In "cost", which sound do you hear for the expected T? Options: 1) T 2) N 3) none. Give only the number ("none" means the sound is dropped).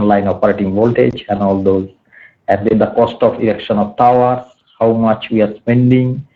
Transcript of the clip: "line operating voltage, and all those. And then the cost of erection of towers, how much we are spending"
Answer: 1